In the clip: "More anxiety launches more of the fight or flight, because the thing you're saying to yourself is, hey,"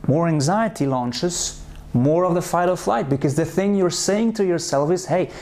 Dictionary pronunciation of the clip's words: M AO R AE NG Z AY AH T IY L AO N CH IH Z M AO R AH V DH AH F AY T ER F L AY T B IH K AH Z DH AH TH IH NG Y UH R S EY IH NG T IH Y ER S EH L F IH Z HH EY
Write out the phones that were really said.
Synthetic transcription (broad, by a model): M AO R AE NG Z AY AH T IY L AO N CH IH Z M AO R AH V DH AH F AY T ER F L AY T B IH K AH Z DH AH TH IH NG Y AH R S EY IH NG T IH Y ER S EH L F IH Z HH EY